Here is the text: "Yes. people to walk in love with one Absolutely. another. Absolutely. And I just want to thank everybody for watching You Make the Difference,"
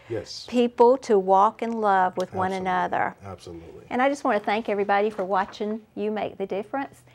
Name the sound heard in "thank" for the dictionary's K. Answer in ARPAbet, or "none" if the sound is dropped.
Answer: K